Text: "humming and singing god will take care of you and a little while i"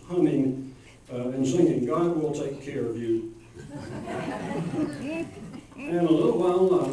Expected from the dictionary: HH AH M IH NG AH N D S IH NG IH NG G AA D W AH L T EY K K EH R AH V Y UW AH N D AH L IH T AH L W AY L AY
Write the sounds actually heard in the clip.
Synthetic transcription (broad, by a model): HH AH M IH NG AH N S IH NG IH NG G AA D W AH L T EY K K EH R AH V Y UW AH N AH L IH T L W AY L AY